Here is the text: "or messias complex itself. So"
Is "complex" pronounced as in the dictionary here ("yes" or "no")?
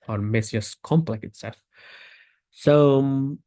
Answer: no